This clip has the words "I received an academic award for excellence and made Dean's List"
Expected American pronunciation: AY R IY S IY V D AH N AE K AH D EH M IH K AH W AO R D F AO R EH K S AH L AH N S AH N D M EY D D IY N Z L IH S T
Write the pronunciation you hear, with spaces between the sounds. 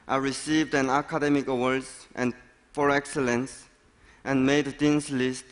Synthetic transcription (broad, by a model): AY R IY S IY V D AH N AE K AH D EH M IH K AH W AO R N F AO R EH K S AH L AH N S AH N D M EY D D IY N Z L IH S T